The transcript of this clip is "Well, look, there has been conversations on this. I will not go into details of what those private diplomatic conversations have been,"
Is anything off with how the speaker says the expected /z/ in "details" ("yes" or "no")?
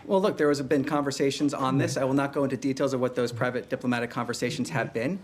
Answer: no